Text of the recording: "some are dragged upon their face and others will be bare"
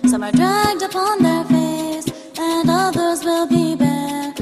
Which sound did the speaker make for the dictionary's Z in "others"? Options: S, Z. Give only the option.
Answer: Z